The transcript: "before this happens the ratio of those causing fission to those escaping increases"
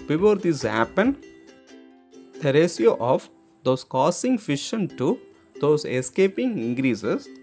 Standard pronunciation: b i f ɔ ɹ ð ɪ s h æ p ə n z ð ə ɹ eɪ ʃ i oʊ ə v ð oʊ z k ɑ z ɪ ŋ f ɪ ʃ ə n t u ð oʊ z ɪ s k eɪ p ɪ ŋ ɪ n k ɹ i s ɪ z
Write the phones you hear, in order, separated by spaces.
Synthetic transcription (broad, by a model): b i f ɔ ɹ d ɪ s h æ p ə n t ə ɹ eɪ s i oʊ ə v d oʊ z k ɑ s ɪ ŋ f ɪ ʃ ə n t u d oʊ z ɪ s k eɪ p ɪ ŋ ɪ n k ɹ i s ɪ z